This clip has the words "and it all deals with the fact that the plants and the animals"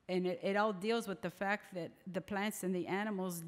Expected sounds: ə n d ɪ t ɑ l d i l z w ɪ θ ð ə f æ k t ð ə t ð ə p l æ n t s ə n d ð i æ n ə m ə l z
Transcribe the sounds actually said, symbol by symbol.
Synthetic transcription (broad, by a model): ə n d ɪ t ɑ l d i l z w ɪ ð ə f æ k t ð ə t ð ə p l æ n t s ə n ð i æ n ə m l z